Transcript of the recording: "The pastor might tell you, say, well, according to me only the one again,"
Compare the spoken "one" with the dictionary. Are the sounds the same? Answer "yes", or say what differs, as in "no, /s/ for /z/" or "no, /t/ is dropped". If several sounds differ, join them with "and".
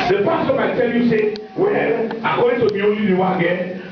no, /n/ is dropped